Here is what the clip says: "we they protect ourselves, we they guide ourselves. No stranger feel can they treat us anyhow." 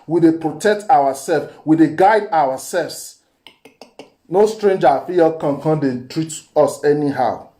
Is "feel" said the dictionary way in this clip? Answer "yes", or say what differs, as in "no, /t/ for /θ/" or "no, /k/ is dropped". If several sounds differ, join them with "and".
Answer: no, /n/ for /l/